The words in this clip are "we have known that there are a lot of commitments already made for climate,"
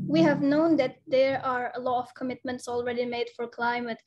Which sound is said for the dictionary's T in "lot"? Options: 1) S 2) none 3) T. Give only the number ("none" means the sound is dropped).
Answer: 2